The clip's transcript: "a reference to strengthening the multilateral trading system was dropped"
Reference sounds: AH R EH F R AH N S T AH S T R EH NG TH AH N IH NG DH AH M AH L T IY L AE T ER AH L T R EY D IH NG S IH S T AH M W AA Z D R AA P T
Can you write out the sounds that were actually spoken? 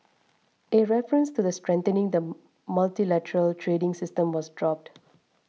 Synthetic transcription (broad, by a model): AH R EH F R AH N S T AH S T R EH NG T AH N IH NG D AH M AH L T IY L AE T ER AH L T R EY D IH NG S IH S T AH M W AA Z D R AA P T